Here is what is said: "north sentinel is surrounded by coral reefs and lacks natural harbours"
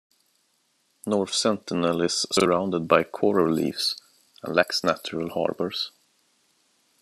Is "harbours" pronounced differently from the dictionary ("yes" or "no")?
yes